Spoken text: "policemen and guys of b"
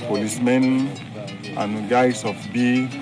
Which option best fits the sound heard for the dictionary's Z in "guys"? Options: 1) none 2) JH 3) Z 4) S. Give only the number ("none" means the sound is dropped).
4